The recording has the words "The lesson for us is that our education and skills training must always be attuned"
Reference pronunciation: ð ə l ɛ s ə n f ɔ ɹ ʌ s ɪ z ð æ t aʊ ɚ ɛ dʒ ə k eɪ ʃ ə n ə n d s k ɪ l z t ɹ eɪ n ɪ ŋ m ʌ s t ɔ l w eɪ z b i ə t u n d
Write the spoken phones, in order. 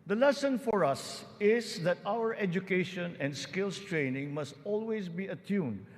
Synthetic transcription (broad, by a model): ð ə l ɛ s ə n f ɔ ɹ ʌ s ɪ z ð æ t aʊ ɚ ɛ dʒ ə k eɪ ʃ ə n ə n d s k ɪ l s t ɹ eɪ n ɪ ŋ m ʌ s t ɔ l w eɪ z b i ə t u n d